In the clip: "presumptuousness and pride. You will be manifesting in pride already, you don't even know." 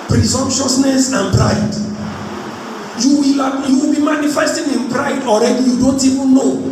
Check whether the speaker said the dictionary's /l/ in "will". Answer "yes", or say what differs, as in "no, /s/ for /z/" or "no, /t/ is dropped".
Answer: no, /w/ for /l/